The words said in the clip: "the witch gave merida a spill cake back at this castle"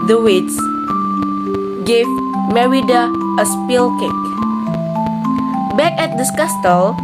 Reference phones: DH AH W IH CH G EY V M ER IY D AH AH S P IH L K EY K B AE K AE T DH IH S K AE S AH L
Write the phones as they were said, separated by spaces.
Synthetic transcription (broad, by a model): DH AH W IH S G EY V M ER IY D AH AH S P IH L K EY K B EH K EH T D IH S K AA S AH L